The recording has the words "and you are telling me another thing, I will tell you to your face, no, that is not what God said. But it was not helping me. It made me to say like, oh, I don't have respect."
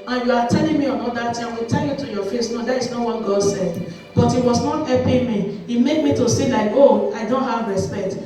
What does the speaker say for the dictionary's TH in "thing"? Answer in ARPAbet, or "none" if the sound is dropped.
T